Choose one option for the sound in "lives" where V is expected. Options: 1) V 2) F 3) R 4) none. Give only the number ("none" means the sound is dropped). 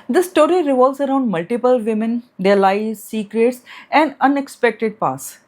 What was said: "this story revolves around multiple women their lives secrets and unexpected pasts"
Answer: 4